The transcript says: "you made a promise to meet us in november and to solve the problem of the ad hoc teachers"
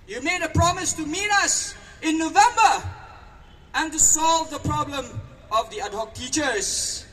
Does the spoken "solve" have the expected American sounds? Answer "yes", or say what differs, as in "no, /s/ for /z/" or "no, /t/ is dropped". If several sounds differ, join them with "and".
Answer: yes